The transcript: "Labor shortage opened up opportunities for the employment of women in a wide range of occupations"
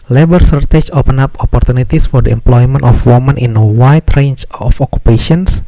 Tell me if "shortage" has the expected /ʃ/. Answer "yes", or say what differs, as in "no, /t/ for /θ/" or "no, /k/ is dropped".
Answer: no, /s/ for /ʃ/